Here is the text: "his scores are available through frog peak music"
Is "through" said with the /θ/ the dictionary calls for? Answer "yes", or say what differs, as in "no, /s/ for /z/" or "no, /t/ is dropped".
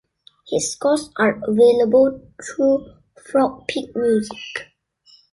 no, /t/ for /θ/